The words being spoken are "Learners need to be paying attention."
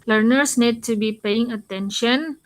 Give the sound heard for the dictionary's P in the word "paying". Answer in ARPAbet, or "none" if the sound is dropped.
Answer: P